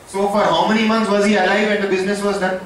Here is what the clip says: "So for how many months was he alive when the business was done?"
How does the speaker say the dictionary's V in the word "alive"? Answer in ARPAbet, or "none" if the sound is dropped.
V